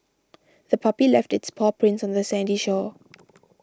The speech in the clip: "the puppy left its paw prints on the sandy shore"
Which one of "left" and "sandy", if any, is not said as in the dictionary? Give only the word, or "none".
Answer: none